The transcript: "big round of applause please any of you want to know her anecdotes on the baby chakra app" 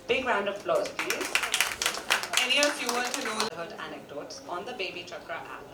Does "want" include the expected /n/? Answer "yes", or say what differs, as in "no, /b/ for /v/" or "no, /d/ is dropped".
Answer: no, /n/ is dropped